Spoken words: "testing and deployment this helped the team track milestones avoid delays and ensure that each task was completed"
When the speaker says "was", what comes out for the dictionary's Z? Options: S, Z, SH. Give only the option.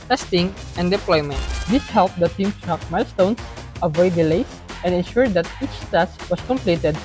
S